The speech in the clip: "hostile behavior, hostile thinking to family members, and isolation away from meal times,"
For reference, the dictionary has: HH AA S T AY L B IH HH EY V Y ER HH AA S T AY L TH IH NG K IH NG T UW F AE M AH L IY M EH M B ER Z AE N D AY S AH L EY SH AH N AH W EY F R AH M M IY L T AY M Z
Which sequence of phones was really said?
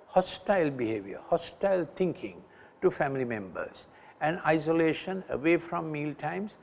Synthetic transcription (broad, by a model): HH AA S T AY L B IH HH EY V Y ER HH AA S T AY L T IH NG K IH NG T UW F AE M AH L IY M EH M B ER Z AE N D AY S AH L EY SH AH N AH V EY F R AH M M IY L T AY M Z